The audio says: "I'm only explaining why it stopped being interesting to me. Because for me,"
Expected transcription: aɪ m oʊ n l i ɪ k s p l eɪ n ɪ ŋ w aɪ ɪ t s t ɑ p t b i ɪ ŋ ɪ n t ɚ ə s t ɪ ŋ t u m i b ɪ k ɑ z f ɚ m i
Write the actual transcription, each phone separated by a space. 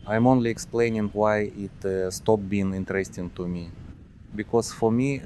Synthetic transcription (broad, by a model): aɪ m oʊ n l i ɪ k s p l eɪ n ɪ ŋ w aɪ ɪ t s t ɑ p b i ɪ ŋ ɪ n t ɚ ə s t ɪ ŋ t u m i b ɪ k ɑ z f ɚ m i